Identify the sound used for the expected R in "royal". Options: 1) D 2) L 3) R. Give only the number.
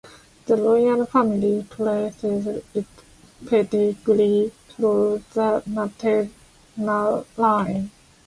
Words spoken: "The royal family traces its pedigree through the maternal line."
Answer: 2